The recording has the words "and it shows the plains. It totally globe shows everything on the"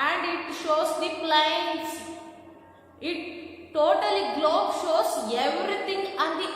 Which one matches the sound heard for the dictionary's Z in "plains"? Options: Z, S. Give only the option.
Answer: S